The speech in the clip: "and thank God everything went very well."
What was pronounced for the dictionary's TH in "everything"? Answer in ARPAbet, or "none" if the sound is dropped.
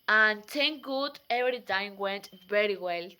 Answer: T